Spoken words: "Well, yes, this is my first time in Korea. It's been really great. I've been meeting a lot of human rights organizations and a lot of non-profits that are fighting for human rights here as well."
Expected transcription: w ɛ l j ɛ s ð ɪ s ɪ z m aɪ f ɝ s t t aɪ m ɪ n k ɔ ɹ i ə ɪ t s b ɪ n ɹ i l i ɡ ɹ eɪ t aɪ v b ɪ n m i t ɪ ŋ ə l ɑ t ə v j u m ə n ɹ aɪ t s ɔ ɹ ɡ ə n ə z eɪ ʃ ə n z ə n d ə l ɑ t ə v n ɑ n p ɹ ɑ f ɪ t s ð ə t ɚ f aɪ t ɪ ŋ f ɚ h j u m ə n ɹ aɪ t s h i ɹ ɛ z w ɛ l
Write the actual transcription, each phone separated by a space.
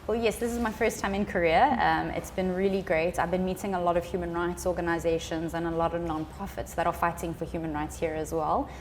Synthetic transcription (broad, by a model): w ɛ l j ɛ s ð ɪ s ɪ z m aɪ f ɝ s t t aɪ m ɪ n k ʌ ɹ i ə ɪ t s b ɪ n ɹ i l i ɡ ɹ eɪ t aɪ v b ɪ n m i t ɪ ŋ ə l ɑ t ə v j u m ə n ɹ aɪ t s ɔ ɡ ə n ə z eɪ ʃ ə n z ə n ə l ɑ t ə v n ɑ n p ɹ ɑ f ɪ t s ð ə t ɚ f aɪ t ɪ ŋ f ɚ h j u m ə n ɹ aɪ t s h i ɹ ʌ z w ɛ l